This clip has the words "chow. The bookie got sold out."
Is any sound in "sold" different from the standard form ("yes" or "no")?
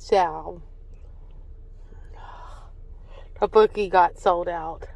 no